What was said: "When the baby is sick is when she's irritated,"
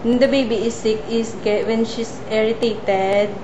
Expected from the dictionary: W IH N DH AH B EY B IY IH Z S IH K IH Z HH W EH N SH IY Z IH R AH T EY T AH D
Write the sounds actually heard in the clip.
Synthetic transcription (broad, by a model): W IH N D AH B EY B IY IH S IH K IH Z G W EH N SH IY S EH R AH T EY T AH D